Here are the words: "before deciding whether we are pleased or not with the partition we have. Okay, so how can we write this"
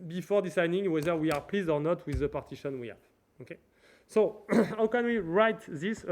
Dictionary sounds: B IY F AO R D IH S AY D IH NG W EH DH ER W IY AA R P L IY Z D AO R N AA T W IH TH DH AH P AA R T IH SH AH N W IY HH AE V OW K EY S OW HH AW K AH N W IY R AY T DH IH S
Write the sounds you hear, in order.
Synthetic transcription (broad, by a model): B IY F AO R D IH S AY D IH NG W EH DH ER W IY AA R P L IY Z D AO R N AA T W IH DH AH P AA R T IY SH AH N W IY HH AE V OW K EY S OW HH AW K AH N W IY R AY T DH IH S